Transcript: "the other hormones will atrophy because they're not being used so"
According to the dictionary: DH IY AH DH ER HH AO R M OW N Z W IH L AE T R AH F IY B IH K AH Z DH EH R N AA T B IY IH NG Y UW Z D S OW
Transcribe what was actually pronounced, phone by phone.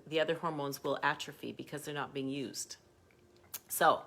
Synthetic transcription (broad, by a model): DH IY AH DH ER HH AO R M OW N Z W IH L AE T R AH F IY B IH K AH Z DH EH R N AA T B IY IH NG Y UW Z D S OW